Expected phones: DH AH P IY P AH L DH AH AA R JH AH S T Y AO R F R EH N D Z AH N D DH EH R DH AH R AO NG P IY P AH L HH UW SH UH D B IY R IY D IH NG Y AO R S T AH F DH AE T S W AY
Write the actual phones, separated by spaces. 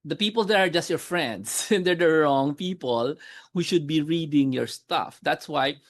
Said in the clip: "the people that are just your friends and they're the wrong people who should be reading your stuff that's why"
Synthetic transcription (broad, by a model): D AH P IY P AH L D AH AA R JH AH S T Y AO R F R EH N D S AH N D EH R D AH R AO NG P IY P AH L HH UW SH UH D B IY R IY D IH NG Y AO R S T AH F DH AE T S W AY